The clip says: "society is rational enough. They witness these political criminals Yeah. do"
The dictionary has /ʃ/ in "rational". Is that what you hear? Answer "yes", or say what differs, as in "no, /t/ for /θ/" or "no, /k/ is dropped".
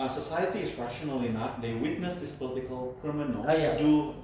yes